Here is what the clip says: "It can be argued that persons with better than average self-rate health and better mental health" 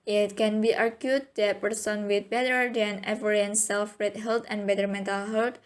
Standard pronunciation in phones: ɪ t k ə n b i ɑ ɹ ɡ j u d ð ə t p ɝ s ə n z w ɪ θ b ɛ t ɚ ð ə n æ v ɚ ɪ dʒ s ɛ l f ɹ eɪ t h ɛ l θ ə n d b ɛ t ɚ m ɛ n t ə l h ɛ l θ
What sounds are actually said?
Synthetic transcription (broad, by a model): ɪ t k ə n b i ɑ ɹ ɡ j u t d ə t p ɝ s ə n w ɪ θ b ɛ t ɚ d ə n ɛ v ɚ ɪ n s ɛ l f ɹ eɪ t h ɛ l t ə n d b ɛ t ɚ m ɛ n t ə l h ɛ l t